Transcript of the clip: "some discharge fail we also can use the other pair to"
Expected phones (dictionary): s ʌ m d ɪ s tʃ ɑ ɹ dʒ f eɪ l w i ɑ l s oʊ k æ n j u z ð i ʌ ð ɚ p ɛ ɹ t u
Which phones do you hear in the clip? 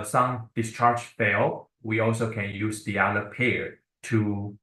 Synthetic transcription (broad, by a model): s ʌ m d ɪ s tʃ ɑ ɹ dʒ f eɪ l w i ɑ l s oʊ k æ n j u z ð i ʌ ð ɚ p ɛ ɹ t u